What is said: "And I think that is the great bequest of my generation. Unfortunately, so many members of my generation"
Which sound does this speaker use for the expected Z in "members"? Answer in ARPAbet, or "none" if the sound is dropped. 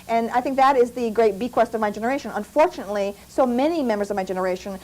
Z